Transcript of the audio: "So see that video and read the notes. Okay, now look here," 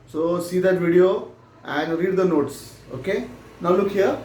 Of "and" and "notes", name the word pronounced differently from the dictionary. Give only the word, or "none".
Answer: none